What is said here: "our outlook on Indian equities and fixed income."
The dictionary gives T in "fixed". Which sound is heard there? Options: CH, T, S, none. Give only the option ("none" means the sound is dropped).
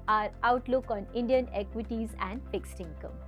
T